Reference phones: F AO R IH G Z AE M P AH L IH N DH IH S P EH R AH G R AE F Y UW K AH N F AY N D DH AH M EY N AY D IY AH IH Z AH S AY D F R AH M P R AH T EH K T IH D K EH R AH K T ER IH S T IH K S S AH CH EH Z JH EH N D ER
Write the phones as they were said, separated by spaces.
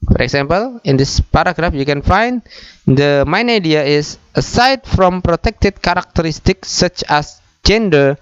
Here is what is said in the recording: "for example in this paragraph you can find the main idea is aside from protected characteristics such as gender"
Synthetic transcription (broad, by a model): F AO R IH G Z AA M P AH L IH N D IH S P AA R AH G R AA F Y UW K AH N F AY N D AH M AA N AY D IY AH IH S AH S AY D F R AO M P R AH T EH K T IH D K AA R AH K T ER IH S T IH K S S AH CH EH S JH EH N D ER